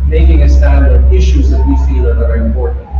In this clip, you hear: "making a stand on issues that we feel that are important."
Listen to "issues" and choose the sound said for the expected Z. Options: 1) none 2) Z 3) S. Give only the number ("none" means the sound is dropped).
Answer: 2